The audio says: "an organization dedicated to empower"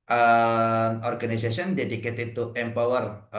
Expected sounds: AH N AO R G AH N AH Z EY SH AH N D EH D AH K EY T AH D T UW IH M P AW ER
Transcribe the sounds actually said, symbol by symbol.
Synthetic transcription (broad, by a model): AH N AO R G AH N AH S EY S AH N D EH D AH K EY T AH T UW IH M P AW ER